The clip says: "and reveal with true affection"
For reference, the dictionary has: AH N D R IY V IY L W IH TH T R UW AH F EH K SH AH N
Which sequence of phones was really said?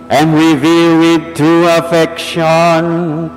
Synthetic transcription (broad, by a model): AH N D R IY V IY L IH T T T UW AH F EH K SH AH N